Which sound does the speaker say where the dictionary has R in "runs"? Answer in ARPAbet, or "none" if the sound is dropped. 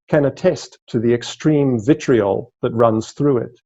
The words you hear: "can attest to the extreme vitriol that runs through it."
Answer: R